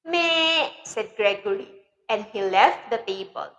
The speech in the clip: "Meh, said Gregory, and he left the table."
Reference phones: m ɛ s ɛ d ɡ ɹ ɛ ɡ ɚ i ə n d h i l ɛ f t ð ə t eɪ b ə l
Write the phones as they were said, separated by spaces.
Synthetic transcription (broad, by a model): m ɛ s ɛ d ɡ ɹ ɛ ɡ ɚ i ə n d h i l ɛ f t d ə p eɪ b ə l